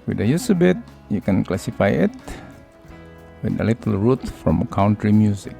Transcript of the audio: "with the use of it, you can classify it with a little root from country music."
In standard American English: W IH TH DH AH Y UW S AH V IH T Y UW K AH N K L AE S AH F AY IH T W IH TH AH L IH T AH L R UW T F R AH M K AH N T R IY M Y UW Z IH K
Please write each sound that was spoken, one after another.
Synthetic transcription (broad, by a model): W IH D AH Y UW S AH B IH T Y UW K AH N K L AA S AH F AY IH T W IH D AH L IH T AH L R UW T F R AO M K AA N T R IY M Y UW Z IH K